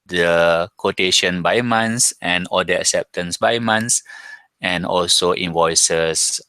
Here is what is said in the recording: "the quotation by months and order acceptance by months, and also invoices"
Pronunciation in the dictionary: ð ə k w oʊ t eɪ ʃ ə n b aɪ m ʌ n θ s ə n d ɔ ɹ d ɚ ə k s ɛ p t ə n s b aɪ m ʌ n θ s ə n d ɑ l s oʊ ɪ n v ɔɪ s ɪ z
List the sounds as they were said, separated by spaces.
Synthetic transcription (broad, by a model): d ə k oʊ t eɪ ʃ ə n b aɪ m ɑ n s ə n ɔ l d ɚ ə k s ɛ p t ə n s b aɪ m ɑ n s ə n ɑ l s oʊ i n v ɔɪ s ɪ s